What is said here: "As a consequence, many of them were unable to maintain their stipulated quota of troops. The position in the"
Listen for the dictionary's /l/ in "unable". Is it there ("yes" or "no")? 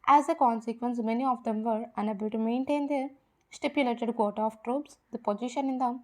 yes